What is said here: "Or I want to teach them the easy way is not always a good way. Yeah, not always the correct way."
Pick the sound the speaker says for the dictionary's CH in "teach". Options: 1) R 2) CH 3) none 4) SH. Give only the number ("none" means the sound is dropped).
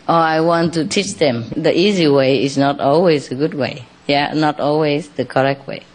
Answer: 2